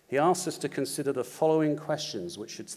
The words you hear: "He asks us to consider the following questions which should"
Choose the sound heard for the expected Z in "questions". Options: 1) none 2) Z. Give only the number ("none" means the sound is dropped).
2